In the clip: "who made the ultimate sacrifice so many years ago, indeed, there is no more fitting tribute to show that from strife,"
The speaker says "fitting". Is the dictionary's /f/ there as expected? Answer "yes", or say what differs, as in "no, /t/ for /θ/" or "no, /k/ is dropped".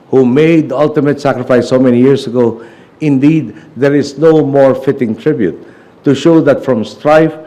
yes